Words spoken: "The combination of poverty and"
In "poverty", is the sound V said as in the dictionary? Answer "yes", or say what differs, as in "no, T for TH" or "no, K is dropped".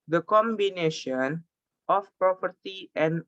no, P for V